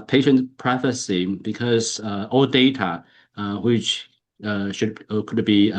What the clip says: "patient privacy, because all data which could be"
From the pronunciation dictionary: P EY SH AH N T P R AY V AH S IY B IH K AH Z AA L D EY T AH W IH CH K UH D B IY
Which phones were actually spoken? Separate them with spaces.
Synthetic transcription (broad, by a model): P EY SH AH N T P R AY F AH S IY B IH K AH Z AA L D EY T AH W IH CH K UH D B IY